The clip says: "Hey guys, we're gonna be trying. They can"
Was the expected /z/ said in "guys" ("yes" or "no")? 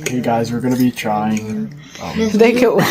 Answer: yes